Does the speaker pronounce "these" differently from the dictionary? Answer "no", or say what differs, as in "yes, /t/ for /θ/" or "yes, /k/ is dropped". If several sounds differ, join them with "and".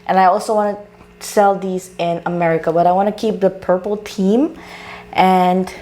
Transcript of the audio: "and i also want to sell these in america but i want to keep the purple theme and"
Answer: no